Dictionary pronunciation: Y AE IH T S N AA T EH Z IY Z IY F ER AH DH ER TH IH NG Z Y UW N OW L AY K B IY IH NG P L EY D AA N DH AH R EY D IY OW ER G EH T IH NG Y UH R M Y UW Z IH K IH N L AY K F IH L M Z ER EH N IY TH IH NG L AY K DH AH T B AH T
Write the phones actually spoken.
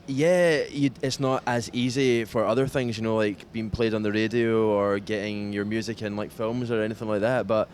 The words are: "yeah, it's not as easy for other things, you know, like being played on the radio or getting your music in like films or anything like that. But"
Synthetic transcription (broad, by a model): Y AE IH T S N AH T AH Z IY Z IY F ER AH DH ER TH IH NG Z Y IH N OW L AY K B IY IH NG P L EY D N DH AH R EY D IY OW ER G EH T IH NG Y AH R M Y UW Z IH K IH N L AY K F IH L M Z ER EH N IY TH IH NG L AY K DH AH T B AH T